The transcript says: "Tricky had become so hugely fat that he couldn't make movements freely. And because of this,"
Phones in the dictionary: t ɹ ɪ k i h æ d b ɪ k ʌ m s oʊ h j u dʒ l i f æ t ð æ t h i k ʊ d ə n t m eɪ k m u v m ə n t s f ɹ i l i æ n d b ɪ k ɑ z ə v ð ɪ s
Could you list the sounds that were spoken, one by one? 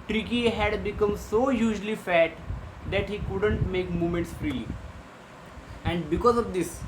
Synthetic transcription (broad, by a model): t ɹ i k i h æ d b ɪ k ʌ m s oʊ j u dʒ l i f æ t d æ t h i k ʊ d ə n t m eɪ k m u m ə n t s f ɹ i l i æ n d b ɪ k ɑ z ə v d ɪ s